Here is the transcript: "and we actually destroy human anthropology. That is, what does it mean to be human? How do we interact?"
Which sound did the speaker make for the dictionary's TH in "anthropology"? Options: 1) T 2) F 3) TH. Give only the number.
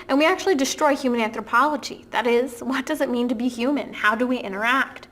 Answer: 3